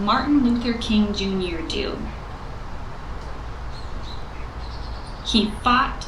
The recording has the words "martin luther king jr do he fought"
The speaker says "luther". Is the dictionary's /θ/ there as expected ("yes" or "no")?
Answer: yes